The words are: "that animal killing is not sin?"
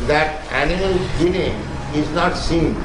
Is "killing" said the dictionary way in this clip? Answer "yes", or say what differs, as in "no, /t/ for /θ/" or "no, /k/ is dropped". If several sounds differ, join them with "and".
no, /n/ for /l/